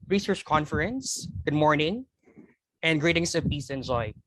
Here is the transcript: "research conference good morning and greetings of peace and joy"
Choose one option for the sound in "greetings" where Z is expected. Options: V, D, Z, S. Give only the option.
S